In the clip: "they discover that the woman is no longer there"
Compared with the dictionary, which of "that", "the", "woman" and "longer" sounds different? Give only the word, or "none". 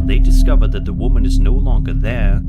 none